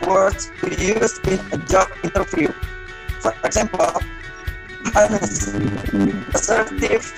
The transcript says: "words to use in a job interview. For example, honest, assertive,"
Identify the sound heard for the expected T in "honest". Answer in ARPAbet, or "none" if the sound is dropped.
none